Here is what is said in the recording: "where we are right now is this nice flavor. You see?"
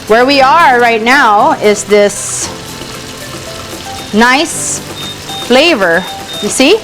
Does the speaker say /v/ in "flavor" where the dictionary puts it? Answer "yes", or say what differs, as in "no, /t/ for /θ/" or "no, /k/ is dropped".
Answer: yes